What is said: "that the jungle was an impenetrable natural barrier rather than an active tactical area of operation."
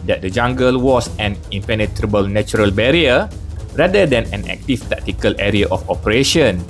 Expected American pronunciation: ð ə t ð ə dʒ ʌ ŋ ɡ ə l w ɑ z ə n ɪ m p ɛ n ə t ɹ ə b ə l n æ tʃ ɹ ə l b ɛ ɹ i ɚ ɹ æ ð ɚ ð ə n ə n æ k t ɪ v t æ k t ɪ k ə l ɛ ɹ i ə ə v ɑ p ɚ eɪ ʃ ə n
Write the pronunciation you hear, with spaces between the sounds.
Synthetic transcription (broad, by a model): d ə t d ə dʒ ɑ ŋ ɡ ə l w ɑ s ə n ɪ m p ɛ n ə t ɹ ə b ə l n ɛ tʃ ɹ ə l b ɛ ɹ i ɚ ɹ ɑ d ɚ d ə n ə n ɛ k t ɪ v t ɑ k t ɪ k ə l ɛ ɹ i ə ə f ɑ p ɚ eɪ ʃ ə n